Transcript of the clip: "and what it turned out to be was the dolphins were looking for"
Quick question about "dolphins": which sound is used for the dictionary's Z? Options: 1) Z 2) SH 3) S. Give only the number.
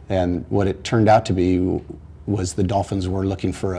1